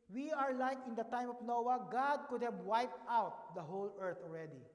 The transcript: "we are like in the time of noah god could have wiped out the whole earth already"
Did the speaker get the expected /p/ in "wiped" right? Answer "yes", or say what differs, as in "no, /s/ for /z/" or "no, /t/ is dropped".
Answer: yes